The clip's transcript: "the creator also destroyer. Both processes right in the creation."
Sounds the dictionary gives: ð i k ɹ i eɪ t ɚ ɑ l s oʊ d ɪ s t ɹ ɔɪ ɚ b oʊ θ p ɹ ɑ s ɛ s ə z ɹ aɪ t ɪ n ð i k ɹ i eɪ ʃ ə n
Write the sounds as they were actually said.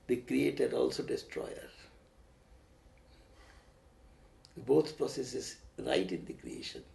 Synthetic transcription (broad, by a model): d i k ɹ i eɪ t ɚ ɑ l s oʊ d ɪ s t ɹ ɔɪ ɚ b oʊ t p ɹ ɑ s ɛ s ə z ɹ aɪ t ɪ n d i k ɹ i eɪ ʃ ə n